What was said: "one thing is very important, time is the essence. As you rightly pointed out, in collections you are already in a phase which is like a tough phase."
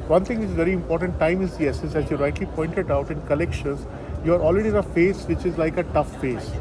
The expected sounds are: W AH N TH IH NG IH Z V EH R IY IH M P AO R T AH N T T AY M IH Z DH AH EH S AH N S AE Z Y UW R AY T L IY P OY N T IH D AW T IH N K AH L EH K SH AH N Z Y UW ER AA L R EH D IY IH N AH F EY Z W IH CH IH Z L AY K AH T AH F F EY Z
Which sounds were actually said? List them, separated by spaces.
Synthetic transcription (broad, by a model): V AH N T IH NG IH Z V EH R IY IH M P AO R T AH N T T AY M IH Z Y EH S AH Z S AE Z Y UW R AY T L IY P OY N T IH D AW T IH N K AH L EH K SH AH N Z Y UW ER AA L R EH D IY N AH F EY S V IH CH IH Z L AY K AH T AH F F EY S